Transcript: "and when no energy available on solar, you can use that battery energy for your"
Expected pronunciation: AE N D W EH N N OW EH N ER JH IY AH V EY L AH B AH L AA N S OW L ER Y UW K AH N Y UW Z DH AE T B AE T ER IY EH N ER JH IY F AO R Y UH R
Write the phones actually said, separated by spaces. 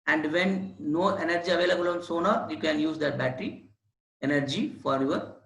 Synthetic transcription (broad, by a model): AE N D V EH N N OW EH N ER JH IY AH V EY L AH B AH L AA N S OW N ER Y UW K AH N Y UW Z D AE T B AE T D IY EH N ER JH IY F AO R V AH R